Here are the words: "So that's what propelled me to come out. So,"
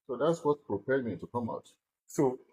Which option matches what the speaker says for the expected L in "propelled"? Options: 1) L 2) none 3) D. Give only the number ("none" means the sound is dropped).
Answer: 2